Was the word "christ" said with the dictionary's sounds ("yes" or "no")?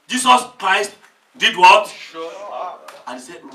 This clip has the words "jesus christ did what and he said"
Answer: yes